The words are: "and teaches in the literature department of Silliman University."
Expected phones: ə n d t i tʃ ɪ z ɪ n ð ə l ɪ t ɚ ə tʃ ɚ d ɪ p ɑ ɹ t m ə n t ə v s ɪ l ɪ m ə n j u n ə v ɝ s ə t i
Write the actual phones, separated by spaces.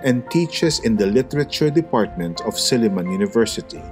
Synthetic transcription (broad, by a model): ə n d t i tʃ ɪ s ɪ n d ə l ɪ t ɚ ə tʃ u d ɪ p ɑ ɹ t m ə n t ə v s ɪ l ɪ m ə n j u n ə v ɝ s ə t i